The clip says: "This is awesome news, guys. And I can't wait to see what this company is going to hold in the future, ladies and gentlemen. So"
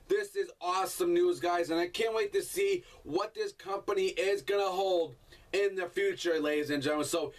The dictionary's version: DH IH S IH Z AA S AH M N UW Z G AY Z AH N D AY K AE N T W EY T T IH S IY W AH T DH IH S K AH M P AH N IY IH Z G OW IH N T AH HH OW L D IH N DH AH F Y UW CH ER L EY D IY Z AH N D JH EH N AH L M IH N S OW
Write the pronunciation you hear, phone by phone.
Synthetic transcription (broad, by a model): DH IH S IH Z AA S AH M N UW Z G AY Z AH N AY K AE N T W EY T T IH S IY W AH T DH IH S K AH M P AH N IY IH Z G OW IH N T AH HH OW L D IH N DH AH F Y UW CH ER L EY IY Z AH N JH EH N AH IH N S OW